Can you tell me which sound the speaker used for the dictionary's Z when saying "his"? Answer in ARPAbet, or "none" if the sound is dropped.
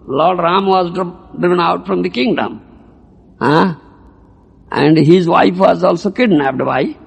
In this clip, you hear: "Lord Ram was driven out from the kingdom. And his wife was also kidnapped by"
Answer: Z